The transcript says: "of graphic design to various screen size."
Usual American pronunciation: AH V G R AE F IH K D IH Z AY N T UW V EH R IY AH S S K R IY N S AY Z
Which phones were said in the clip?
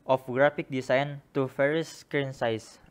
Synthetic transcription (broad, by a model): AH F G R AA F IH K D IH S AY N T UW F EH R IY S S K R IY N S AY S